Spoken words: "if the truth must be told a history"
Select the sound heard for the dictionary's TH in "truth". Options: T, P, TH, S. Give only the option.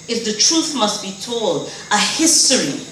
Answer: TH